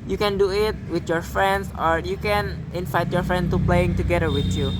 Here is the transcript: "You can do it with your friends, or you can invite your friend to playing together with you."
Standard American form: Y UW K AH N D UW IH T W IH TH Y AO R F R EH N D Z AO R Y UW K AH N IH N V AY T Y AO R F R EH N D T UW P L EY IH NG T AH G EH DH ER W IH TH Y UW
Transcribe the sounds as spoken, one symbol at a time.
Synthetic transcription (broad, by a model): Y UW K AH N D UW IH T W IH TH Y AO R F R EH N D S AO R Y UW K AH N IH N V AY T Y AO R F R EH N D T UW P L EY IH NG T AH G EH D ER W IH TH Y UW